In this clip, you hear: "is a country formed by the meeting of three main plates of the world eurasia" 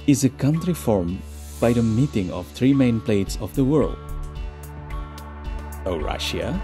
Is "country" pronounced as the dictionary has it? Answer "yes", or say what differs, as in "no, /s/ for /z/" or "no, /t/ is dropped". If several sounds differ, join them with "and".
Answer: yes